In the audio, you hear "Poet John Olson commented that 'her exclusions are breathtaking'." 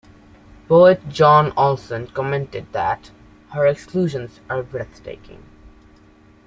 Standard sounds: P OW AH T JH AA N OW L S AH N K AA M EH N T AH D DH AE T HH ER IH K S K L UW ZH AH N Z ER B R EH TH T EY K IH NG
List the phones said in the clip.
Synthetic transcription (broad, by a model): B OW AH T JH AA N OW L S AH N K AA M EH N T AH D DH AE T HH ER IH K S K L UW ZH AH N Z ER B R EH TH T EY K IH NG